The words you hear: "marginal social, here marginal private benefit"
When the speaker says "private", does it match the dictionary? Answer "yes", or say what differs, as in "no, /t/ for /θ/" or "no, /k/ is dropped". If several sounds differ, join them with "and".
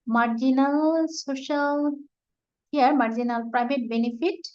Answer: no, /b/ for /v/